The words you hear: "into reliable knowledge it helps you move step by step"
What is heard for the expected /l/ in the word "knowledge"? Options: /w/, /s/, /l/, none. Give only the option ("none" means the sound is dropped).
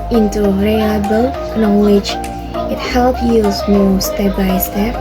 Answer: /w/